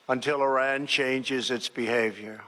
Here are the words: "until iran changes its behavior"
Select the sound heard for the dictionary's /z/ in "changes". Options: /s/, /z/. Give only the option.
/z/